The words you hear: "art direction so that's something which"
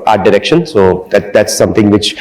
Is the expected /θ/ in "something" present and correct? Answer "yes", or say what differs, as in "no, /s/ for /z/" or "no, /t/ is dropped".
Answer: no, /t/ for /θ/